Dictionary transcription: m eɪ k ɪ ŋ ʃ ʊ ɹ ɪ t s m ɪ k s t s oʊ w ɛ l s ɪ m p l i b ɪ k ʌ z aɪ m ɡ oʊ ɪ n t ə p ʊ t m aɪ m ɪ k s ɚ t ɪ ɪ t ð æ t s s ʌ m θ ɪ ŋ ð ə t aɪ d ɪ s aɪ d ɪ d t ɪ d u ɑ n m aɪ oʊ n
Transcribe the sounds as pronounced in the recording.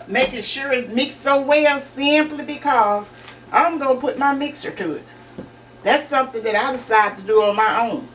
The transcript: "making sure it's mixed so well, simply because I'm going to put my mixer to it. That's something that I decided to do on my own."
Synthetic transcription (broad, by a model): m eɪ k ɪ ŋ ʃ ʊ ɹ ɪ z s m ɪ k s s oʊ w ɛ l s ɪ m p l i b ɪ k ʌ z aɪ m ɡ oʊ ɪ n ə p ʊ t m aɪ m ɪ k s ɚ t ɪ ɪ t ð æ t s s ʌ m θ ɪ ŋ ð ə t aɪ d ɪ s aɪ ɪ d t ɪ d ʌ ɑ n m aɪ oʊ n